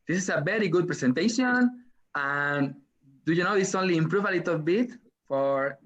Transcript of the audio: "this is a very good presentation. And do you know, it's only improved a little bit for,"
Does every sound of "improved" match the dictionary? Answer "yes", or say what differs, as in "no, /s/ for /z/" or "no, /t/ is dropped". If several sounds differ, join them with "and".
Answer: no, /d/ is dropped